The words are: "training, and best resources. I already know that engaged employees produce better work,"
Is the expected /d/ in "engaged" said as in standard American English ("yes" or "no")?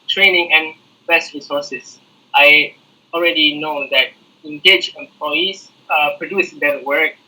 no